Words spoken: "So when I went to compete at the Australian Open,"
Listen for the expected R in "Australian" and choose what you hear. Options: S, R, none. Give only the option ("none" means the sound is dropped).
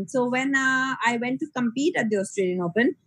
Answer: R